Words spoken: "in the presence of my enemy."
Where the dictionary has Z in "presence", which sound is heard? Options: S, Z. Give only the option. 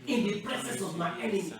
S